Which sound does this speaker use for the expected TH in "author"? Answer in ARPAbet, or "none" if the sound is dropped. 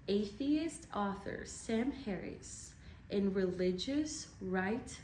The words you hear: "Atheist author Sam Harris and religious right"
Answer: TH